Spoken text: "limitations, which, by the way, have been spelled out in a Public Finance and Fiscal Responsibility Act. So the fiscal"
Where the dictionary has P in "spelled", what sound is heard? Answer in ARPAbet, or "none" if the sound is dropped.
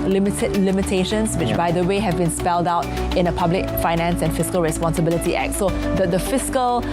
P